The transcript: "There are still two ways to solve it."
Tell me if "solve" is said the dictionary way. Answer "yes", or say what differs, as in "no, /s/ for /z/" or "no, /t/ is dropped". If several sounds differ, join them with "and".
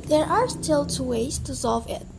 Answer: yes